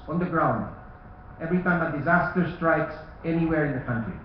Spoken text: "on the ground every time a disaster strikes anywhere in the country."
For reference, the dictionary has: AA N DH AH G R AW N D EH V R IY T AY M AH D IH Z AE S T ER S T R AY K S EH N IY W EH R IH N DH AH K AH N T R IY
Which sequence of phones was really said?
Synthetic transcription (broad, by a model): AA N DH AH G R AW N D EH V R IY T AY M AH D IH Z AE S T ER S T R AY K S EH N IY W EH R IH N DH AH K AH N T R IY